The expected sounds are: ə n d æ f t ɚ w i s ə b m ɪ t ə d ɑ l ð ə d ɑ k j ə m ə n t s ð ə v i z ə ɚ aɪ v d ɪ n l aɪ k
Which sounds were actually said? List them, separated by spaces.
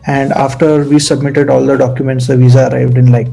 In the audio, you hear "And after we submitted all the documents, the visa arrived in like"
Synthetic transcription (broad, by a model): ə n d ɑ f t ɚ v i s ə b m ɪ t ə d ɑ l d ə d ɑ k j ə m ə n t s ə v i z ə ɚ aɪ v d ɪ n l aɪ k